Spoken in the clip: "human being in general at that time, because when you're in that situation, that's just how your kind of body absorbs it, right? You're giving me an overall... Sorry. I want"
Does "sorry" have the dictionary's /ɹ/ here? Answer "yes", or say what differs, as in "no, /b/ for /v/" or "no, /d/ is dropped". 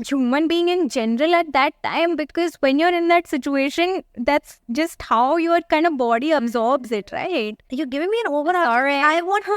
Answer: no, /ɹ/ is dropped